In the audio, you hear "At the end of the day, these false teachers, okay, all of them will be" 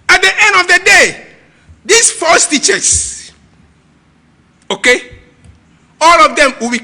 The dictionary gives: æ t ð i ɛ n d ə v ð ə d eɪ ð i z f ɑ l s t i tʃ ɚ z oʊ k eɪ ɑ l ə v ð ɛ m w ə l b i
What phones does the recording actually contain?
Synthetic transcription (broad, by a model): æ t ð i ɛ n d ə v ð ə d eɪ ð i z f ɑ s t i tʃ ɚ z oʊ k eɪ ɑ l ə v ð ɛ m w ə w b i